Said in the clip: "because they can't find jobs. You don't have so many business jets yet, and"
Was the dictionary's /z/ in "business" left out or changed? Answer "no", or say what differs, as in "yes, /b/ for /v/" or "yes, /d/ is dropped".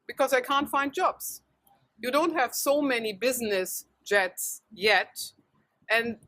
no